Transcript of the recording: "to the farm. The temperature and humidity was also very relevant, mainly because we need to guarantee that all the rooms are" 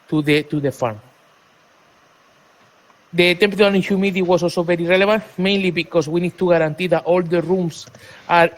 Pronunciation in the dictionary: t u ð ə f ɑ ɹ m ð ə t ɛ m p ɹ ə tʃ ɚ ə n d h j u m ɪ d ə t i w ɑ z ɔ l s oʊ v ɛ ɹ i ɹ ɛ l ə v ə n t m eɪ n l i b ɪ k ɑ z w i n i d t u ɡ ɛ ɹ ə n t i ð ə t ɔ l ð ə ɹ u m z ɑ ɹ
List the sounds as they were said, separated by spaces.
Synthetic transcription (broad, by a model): t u ð ə f ɑ ɹ m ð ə t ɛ m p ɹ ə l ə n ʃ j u m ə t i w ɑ s ɔ l s oʊ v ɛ ɹ i ɹ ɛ l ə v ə n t m eɪ n l i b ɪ k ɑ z w i n i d t u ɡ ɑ ɹ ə n t i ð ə t ɔ l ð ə ɹ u m s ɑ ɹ